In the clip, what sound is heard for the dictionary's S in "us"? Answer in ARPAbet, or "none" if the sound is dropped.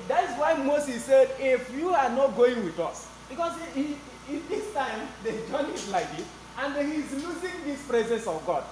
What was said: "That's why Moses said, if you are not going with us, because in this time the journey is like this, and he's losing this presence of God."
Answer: S